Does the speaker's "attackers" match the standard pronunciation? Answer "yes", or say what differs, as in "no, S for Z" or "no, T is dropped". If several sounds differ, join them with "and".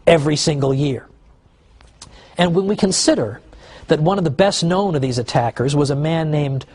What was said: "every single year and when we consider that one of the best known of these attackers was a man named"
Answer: yes